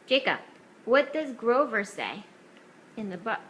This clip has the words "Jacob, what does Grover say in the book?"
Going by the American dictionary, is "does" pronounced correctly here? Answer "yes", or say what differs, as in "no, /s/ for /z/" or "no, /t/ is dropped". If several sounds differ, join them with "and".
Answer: no, /s/ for /z/